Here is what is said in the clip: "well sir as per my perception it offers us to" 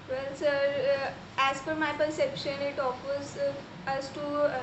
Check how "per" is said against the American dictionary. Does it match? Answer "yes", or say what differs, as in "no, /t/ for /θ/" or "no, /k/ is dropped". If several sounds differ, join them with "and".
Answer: no, /f/ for /p/